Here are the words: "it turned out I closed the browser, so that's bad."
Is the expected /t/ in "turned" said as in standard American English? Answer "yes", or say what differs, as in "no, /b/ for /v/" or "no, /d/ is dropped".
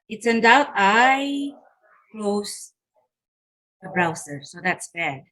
no, /s/ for /t/